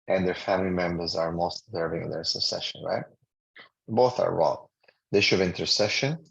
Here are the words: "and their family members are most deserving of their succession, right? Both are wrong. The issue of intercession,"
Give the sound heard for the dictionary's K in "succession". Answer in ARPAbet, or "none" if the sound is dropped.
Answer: none